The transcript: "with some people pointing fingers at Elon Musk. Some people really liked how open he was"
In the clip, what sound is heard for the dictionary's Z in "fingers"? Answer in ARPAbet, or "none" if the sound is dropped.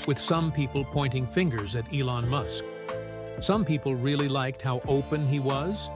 Z